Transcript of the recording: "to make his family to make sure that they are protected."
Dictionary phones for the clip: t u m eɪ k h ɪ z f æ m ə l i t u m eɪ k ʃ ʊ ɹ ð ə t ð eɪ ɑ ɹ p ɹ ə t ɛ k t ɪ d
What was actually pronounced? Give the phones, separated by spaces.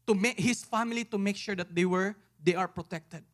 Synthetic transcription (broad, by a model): t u m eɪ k h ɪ s f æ m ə l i t u m eɪ k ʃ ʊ ɹ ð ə t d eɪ ɑ ɹ p ɹ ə t ɛ k t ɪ d